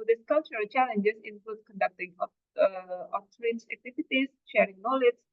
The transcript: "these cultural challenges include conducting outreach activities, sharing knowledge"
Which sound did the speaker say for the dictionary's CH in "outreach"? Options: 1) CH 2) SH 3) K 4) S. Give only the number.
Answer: 4